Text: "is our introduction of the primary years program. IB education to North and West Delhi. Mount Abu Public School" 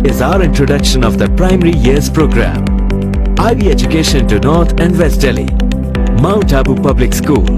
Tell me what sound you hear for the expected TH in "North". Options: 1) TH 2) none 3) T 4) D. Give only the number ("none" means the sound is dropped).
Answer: 3